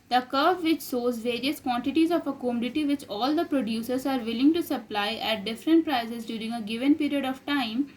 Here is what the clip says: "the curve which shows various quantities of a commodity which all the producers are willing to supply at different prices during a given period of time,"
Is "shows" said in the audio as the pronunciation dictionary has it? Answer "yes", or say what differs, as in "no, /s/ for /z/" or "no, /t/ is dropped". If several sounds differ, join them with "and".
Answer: no, /s/ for /ʃ/